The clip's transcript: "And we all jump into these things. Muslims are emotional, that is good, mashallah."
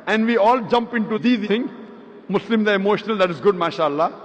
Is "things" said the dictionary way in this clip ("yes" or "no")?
no